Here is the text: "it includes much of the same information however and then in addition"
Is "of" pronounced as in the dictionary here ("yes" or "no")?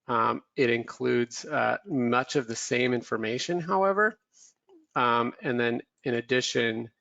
yes